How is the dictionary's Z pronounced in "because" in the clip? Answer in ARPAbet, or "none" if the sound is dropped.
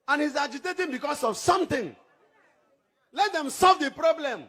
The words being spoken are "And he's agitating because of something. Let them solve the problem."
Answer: S